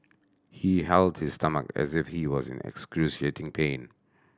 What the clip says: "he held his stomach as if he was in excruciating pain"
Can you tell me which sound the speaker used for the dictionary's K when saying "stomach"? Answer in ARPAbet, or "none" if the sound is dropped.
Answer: K